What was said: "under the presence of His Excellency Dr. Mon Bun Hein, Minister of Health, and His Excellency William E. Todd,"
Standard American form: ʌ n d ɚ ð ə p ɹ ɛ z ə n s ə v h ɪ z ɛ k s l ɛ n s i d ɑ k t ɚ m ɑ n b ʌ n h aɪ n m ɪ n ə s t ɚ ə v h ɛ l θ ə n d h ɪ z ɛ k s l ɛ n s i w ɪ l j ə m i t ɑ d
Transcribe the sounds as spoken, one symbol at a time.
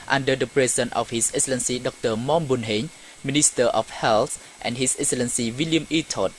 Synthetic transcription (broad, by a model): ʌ n d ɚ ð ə p ɹ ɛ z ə n ə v h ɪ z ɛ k s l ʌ n s i d ɑ k t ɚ m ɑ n b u n h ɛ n m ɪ n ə s t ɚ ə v h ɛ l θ ə n d h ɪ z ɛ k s l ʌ n s i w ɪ l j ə m i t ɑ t